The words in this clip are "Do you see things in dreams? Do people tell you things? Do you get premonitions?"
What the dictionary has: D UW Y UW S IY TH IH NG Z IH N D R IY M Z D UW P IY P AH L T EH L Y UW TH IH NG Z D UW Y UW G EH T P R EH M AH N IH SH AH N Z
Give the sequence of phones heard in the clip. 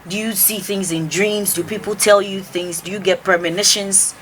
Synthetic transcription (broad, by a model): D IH Y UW S IY TH IH NG Z IH N D R IY M Z D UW P IY P L T EH L Y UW TH IH NG Z D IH Y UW G EH T P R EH M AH N IH SH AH N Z